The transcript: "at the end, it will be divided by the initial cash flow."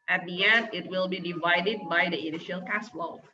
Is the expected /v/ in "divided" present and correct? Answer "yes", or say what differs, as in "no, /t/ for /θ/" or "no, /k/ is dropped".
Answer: yes